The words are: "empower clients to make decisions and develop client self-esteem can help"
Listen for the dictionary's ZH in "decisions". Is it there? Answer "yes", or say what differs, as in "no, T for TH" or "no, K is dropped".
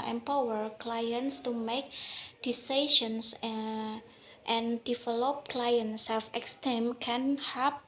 no, SH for ZH